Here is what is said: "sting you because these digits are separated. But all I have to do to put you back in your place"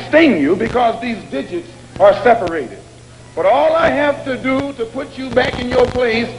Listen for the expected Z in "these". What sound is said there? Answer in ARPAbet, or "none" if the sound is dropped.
Z